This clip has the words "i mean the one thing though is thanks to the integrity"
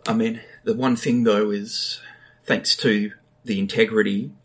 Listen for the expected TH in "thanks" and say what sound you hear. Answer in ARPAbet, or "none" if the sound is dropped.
TH